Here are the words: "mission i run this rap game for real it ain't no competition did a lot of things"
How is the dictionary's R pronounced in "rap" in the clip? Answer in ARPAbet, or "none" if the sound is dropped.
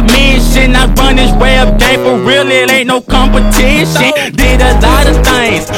W